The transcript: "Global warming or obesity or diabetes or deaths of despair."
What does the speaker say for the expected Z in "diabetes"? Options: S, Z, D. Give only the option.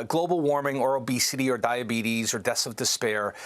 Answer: Z